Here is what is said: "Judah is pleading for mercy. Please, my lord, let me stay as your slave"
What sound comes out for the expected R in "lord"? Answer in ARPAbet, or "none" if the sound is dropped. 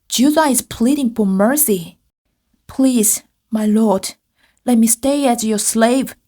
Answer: R